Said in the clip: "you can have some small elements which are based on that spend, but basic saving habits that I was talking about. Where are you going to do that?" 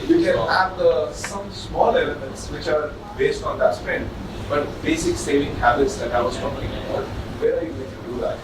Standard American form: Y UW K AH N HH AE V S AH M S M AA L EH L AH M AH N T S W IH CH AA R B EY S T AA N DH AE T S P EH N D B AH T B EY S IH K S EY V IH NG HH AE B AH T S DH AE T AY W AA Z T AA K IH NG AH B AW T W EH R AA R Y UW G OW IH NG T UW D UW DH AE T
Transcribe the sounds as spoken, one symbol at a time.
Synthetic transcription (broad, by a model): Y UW K AH N HH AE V S AH M S M AA L EH L AH M AH N T S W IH CH AA R B EY S T AA N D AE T S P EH N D B AH T B EY S IH K S EY V IH NG HH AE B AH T S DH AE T AY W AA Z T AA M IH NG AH AO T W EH R AA R Y UW G OW IH NG T UW D UW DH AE T